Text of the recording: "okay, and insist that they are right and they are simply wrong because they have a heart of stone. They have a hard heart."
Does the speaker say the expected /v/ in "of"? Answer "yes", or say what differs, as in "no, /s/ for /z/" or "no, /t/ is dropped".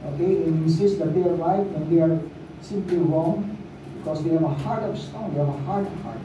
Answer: no, /p/ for /v/